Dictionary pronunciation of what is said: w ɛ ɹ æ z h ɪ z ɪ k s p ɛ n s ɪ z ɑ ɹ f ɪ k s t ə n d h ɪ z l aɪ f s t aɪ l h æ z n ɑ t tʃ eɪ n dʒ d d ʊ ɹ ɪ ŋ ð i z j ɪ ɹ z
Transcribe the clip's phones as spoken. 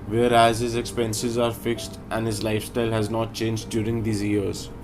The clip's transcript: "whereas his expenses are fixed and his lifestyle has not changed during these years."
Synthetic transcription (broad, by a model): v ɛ ɹ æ z h ɪ z ɪ k s p ɛ n s ɪ z ɑ ɹ f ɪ k s t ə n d h ɪ z l aɪ f s t aɪ l h æ z n ɑ t tʃ eɪ n dʒ d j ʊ ɹ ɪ ŋ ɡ i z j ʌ ɹ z